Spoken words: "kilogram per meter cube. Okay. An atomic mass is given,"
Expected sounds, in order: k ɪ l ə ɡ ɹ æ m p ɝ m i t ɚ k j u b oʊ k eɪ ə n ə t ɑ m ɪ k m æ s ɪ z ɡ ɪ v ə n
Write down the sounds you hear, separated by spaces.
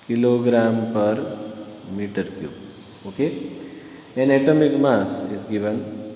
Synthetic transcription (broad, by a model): k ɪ l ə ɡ ɹ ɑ m p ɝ m i t ɚ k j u oʊ k eɪ ə n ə t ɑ m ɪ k m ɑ s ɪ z ɡ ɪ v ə n